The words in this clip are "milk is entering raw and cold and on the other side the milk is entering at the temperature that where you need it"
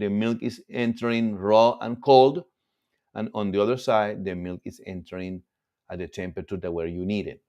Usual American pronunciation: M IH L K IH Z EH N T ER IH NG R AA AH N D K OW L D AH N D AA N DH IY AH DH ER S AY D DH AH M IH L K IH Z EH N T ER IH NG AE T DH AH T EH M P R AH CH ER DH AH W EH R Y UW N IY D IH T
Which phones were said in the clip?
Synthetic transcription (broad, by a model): M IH L K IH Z EH N T ER IH NG R AA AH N K OW L D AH N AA N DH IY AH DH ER S AY D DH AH M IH L K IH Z EH N T ER IH NG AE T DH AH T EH M P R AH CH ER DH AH W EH R Y UW N IY D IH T